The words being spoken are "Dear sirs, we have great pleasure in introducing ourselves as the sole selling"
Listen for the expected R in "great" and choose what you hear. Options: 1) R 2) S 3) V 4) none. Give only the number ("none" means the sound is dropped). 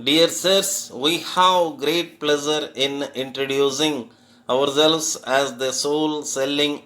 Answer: 1